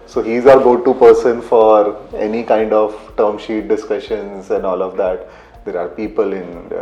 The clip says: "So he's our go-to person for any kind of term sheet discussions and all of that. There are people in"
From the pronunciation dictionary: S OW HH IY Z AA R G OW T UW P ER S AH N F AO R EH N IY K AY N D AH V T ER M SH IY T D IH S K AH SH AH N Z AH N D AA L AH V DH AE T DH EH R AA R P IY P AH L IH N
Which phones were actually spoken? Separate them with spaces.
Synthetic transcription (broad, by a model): S OW HH IY Z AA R G OW T UW P ER S AH N F AO R EH N IY K AY N D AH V T ER M SH IY T D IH S K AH SH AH N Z AH N D AA L AH V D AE T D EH R AA R P IY P AH L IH N